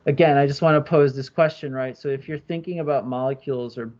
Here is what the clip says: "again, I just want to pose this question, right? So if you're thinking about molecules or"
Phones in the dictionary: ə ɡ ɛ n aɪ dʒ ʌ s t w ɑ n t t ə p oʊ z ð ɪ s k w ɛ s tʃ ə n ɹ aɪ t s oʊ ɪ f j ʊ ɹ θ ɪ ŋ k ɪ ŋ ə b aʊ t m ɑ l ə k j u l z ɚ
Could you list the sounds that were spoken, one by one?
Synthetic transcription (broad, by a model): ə ɡ ɛ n aɪ dʒ ʌ s t w ɑ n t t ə p oʊ z ð ɪ s k w ɛ s tʃ ə n ɹ aɪ t s oʊ ɪ f j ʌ ɹ θ ɪ ŋ k ɪ ŋ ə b aʊ t m ɑ l ə k j u l z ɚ